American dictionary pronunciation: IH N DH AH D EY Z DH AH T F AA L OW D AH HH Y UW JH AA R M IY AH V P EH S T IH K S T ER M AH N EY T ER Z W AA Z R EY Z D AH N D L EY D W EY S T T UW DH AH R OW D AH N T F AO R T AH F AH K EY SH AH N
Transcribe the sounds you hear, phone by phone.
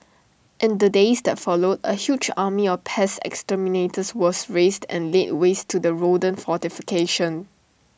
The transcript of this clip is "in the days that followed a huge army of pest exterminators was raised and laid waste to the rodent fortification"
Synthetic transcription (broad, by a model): IH N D AH D EY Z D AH T F AA L OW D AH HH Y UW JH AA M IY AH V P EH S IH K S T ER M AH N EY T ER S W AA S R EY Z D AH N L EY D W EY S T T UW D AH R OW D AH N F AO T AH F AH K EY SH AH N